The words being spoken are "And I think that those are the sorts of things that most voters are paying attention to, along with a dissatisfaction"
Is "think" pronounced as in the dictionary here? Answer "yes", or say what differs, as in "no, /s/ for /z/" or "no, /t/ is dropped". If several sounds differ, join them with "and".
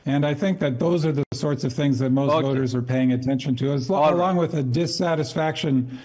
yes